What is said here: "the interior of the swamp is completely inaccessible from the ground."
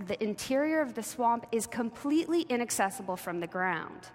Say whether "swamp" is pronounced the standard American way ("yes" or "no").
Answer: yes